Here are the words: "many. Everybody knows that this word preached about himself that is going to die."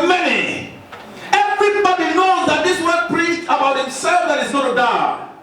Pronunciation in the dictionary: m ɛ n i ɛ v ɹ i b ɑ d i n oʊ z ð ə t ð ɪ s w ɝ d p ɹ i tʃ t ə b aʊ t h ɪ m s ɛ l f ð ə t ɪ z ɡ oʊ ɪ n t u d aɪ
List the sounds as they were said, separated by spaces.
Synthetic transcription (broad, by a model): m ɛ n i ɛ v ɹ i b ɑ d i n oʊ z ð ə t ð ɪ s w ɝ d p l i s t ə b aʊ t h ɪ m s ɛ l f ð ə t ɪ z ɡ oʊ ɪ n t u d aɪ